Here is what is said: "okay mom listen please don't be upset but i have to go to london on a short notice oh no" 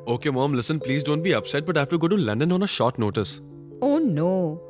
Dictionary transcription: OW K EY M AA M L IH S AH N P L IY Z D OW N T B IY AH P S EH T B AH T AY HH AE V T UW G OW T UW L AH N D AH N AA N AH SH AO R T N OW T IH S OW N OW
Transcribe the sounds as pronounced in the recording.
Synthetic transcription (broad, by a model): OW K EY M AA M L IH S AH N P L IY Z D OW N T B IY AH P S EH T B AH T AY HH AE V T UW G OW T UW L AH N D AH N AA N AH SH AO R T N OW T IH S OW N OW